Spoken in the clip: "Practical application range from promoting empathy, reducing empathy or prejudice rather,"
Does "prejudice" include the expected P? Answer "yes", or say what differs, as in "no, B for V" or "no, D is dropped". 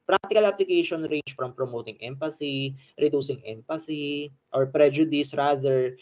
yes